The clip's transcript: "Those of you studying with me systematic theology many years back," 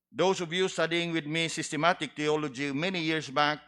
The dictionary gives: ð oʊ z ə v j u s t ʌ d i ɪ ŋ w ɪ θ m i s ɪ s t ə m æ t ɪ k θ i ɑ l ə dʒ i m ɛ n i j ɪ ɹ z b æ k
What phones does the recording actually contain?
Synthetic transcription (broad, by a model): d oʊ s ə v j u s t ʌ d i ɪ ŋ w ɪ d m i s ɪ s t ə m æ t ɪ k t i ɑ l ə dʒ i m ɛ n i j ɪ ɹ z b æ k